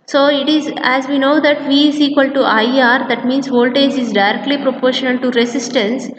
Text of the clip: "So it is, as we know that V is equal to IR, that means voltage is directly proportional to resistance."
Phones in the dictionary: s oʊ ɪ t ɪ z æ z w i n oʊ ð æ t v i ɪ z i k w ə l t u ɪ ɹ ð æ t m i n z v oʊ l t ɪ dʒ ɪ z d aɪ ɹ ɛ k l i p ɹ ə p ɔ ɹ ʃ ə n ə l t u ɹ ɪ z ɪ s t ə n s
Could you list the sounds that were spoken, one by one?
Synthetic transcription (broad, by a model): s oʊ ɪ t ɪ z æ z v i n oʊ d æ t v i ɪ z i k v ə l t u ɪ ɹ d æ t m i n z v oʊ l t ɪ dʒ ɪ z d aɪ ɹ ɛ k l i p ɹ ə p ɔ ɹ ʃ ə n ə l t u ɹ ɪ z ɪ s t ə n s